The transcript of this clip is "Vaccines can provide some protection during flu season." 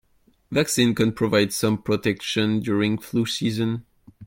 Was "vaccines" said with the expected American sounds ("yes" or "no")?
no